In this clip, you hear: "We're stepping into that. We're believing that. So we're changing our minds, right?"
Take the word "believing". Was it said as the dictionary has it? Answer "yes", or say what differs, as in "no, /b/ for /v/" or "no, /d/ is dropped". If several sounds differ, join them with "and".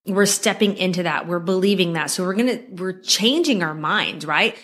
yes